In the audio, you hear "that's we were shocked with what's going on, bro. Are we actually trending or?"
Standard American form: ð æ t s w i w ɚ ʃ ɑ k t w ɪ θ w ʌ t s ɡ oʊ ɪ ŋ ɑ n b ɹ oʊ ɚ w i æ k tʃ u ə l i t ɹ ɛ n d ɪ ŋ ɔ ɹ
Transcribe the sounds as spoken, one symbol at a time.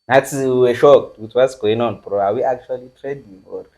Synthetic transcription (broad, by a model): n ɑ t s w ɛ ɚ ʃ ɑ k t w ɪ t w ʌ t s ɡ oʊ ɪ ŋ ɑ n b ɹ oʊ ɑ w i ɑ k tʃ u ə l i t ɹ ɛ d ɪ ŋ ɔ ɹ